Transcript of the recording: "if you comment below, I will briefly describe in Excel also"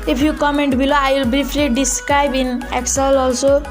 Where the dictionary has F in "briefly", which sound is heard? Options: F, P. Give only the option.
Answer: P